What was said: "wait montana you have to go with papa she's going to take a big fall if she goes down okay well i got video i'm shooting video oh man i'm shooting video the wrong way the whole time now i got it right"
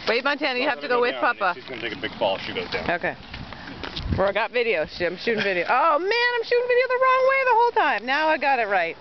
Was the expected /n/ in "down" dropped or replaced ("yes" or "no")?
yes